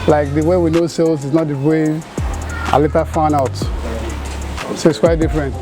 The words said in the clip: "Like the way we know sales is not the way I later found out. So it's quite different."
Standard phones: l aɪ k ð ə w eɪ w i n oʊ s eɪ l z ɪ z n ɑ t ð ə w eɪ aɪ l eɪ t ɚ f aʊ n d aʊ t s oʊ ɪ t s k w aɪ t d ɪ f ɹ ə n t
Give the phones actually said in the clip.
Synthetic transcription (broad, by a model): l aɪ k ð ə w eɪ w i n oʊ s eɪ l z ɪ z n ɑ t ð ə w eɪ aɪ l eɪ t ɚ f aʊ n aʊ t s oʊ ɪ t s k w aɪ t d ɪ f ɹ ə n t